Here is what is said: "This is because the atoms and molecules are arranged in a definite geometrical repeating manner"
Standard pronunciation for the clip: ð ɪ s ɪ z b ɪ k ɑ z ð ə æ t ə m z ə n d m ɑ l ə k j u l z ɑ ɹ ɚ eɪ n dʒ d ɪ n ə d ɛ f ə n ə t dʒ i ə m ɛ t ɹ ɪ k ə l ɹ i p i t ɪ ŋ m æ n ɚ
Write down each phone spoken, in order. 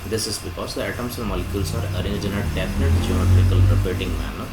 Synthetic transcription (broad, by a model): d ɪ s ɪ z b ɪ k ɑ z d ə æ t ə m s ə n m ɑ l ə k j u l s ɑ ɹ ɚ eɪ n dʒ ɪ n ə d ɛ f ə n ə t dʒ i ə m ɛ t ɹ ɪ k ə l ɹ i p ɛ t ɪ ŋ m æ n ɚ